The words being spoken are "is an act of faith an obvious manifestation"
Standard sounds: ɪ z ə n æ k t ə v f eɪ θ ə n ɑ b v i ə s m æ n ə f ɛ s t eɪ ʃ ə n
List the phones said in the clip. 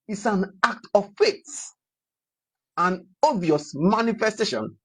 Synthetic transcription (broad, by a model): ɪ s ə n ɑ k t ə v f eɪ s ə n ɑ v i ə s m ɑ n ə f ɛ s t eɪ ʃ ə n